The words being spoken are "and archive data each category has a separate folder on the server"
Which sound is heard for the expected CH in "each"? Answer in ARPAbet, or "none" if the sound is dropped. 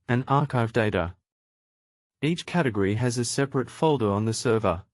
CH